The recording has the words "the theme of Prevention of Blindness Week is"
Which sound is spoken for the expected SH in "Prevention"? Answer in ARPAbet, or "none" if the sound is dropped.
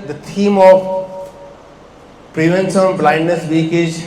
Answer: S